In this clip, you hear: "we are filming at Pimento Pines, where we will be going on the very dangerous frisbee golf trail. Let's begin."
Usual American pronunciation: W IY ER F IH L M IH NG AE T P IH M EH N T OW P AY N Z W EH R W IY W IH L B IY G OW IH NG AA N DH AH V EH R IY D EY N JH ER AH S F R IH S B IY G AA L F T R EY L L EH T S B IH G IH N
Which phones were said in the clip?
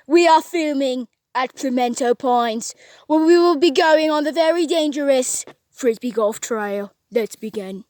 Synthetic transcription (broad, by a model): W IY ER F IH L M IH NG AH T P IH M EH N T OW P AY N Z W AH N W IY W IH L B IY G OW IH NG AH N DH AH V EH R IY D EY N JH ER AH S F R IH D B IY G AA L F T R EY L L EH T S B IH G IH N